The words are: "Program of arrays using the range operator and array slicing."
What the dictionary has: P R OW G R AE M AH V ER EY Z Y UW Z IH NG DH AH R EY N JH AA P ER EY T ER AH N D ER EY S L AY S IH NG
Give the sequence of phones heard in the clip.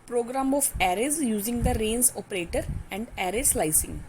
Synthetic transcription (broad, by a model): P R OW G R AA M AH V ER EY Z Y UW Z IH NG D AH R EY N Z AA P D EY T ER AH N D ER EY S L AY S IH NG